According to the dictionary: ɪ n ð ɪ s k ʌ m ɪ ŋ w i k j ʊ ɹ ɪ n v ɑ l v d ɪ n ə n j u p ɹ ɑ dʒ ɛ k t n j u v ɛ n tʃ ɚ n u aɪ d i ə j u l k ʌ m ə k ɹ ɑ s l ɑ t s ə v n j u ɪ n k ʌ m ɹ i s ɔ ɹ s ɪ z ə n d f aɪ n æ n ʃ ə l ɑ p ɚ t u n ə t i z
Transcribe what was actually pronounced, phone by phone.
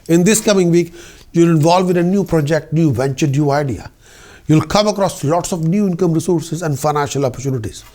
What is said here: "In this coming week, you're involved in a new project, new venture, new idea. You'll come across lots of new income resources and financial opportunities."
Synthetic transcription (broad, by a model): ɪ n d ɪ s k ʌ m ɪ ŋ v i k j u l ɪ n v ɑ l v ɪ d ə n j u p ɹ ɑ dʒ ɛ k t n j u v ɛ n tʃ ɚ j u aɪ d i ə j u l k ʌ m ə k ɹ ɑ s l ɑ t s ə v n j u ɪ n k ʌ m ɹ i s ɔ ɹ s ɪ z ə n d f aɪ n æ n ʃ ə l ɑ p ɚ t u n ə t i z